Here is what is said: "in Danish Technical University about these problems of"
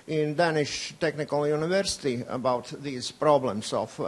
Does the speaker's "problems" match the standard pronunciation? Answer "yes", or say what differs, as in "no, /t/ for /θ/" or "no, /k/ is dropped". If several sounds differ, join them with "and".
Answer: no, /s/ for /z/